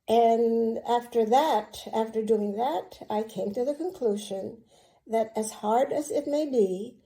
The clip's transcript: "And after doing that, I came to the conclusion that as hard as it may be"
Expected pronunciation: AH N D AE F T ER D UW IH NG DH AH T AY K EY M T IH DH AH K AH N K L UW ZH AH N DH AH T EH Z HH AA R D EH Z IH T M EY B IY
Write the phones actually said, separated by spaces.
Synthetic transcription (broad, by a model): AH N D AE F T ER D UW IH NG DH AH T AY K EY M T IH DH AH K AH N K L UW ZH AH N DH AH T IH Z HH AA R D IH Z IH T M EY B IY